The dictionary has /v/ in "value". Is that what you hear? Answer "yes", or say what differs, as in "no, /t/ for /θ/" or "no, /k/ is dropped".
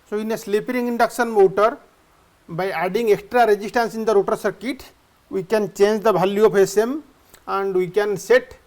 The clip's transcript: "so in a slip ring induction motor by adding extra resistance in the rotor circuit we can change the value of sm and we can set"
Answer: no, /b/ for /v/